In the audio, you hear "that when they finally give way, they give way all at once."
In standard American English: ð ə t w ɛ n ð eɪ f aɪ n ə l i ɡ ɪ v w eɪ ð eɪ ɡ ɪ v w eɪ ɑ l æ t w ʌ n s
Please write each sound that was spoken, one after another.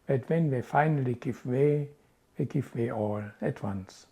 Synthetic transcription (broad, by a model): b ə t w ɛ n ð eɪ f aɪ n ə l i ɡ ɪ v w eɪ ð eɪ ɡ ɪ v w eɪ ɑ l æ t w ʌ n s